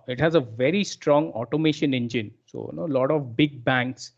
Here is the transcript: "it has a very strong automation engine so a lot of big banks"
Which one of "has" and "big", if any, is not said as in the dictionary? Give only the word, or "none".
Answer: none